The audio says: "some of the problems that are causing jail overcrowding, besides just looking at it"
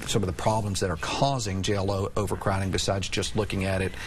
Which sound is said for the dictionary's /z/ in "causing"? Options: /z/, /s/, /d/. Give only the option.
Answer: /z/